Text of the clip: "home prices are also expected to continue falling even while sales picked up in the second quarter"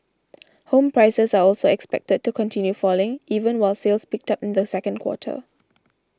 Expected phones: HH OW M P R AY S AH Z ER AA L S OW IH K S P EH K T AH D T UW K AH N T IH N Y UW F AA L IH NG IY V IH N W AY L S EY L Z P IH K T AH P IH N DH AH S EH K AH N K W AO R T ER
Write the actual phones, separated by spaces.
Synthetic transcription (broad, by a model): HH OW M P R AY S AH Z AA AA L S OW IH K S P EH K T AH D T UW K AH N T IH N Y UW F AA L IH NG IY V IH N W AY L S EY L S P IH K T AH P IH N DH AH S EH K AH N K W AO T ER